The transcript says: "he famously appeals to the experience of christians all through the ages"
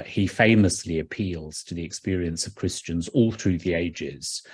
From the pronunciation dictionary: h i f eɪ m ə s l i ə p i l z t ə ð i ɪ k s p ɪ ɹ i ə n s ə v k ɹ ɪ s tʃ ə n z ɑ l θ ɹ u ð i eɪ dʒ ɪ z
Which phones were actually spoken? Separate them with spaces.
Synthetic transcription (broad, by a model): h i f eɪ m ə s l i ə p i l z t ə ð i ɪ k s p ɪ ɹ i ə n s ə v k ɹ ɪ s tʃ ə n z ɑ l θ ɹ u ð i eɪ dʒ ɪ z